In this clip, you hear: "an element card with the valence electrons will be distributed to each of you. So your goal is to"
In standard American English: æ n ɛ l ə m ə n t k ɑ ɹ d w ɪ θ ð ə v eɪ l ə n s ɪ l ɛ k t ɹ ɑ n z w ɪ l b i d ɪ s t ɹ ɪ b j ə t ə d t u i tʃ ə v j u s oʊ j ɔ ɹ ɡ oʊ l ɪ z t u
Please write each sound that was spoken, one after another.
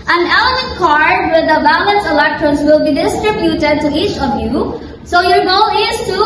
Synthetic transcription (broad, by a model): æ n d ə ə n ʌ k ɑ ɹ d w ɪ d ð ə b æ l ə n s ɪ l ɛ k t ɹ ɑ n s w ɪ l b i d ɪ s t ɹ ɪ b j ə t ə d t u i tʃ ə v j u s oʊ j ɔ ɹ ɡ oʊ l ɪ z t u